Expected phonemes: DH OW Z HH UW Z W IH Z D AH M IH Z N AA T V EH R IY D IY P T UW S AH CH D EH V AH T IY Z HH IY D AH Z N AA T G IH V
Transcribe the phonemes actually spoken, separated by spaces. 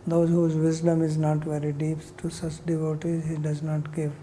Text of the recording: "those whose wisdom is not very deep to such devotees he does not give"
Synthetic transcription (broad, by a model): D OW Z HH UW Z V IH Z D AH M IH Z N AA T V EH R IY D IY P T UW S AH CH D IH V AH T IY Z HH IY D AH Z N AA T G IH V